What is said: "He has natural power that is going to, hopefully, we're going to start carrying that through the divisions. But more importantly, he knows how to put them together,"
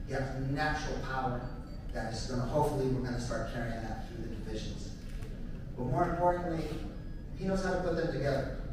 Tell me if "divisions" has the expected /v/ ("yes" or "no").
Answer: yes